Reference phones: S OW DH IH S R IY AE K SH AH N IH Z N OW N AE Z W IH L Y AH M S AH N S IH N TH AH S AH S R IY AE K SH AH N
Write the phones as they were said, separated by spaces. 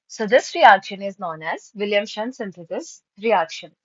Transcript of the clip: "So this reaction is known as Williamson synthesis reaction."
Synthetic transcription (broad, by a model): S OW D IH S R IY AE K SH AH N IH Z N OW N AE Z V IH L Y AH M SH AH N S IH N T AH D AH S R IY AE K SH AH N